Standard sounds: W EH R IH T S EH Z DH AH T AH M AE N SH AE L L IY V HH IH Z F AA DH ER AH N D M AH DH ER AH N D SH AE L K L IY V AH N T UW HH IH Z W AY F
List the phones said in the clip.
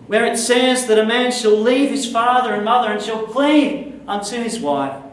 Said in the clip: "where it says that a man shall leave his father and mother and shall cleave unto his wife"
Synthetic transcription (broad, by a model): W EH R IH T S EH Z DH AH T AH M AE N SH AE L L IY V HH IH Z F AA DH ER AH N M AH DH ER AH N SH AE L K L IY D AH N T UW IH Z W AY F